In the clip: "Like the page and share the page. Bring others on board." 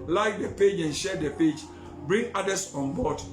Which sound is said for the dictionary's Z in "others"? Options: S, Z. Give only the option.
S